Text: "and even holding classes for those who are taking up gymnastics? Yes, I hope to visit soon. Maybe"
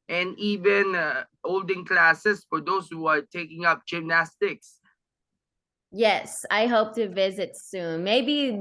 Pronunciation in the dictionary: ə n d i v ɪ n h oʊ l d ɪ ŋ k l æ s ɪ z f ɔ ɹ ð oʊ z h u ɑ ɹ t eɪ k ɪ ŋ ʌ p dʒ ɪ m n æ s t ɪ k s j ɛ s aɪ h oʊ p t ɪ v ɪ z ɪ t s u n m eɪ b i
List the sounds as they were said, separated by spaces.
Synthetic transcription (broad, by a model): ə n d i v ɪ n h oʊ l d ɪ ŋ k l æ s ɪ s f ɔ ɹ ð oʊ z h u ɑ ɹ t eɪ k ɪ ŋ ʌ p dʒ ɪ m n æ s t ɪ k s j ɛ s aɪ h oʊ p t ɪ v ɪ z ɪ t s u n m eɪ b i